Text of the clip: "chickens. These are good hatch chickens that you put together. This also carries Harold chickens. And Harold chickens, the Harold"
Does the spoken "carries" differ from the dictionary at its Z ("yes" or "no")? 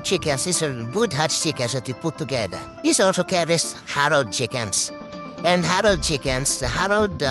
yes